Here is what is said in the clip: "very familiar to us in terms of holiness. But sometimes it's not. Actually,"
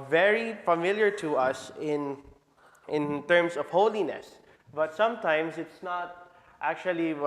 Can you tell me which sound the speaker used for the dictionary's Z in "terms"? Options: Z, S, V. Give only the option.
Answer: S